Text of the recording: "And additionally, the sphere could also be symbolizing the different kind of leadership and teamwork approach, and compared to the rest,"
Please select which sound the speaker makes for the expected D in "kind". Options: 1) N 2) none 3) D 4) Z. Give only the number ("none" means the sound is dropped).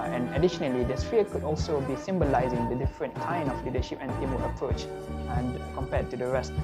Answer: 2